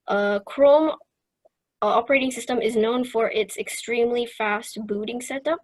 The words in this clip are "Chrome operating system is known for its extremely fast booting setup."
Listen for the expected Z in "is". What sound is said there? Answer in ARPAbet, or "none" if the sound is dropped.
Z